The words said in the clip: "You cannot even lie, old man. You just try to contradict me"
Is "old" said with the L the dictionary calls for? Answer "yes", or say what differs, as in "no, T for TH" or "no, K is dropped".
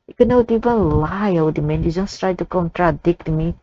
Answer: no, W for L